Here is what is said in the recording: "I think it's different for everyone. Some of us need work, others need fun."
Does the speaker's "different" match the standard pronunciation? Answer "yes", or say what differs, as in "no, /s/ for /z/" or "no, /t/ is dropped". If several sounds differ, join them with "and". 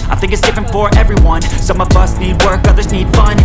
yes